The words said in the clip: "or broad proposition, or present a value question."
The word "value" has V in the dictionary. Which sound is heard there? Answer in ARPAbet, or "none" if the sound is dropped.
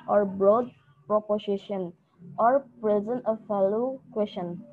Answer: F